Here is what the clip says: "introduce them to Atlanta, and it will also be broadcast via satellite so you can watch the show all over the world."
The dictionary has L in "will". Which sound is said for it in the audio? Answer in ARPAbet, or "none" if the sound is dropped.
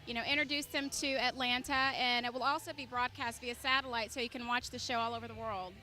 L